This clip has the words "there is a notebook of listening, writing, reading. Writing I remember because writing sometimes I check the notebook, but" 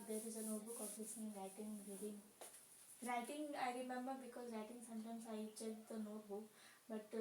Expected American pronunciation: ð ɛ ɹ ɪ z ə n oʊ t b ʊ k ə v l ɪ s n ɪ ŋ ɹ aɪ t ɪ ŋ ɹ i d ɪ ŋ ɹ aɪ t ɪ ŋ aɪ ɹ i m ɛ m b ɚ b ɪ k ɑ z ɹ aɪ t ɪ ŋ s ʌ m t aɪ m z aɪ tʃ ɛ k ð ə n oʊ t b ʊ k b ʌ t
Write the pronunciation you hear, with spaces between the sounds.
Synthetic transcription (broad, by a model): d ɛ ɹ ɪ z ə n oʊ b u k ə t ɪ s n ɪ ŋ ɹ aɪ t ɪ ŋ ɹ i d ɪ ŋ ɹ aɪ t ɪ ŋ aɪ ɹ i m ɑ m ɚ b ɪ k ɑ z ɹ aɪ t ɪ ŋ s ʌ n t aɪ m s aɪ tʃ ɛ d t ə n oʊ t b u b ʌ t